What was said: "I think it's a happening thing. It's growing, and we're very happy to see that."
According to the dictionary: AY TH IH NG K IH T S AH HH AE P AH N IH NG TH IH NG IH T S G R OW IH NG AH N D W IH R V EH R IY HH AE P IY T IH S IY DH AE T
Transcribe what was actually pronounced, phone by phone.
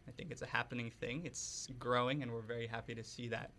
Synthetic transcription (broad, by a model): AY TH IH NG K IH T S AH HH AE P AH N IH NG TH IH NG IH T S G R OW IH NG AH N W IH R V EH R IY HH AE P IY T IH S IY DH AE T